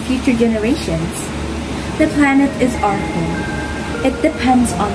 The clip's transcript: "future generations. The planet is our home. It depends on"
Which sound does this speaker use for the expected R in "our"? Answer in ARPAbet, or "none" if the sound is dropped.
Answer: R